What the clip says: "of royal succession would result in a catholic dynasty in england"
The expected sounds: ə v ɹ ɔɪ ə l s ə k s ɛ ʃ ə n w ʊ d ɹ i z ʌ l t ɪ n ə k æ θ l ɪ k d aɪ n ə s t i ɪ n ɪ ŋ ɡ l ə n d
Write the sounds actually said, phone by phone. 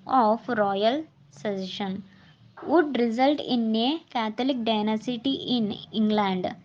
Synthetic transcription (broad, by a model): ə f ɹ ɔɪ ə l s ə s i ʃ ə n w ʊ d ɹ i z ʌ l t ɪ n ə k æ t l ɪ k d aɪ n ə s t i ɪ n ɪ ŋ ɡ l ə n d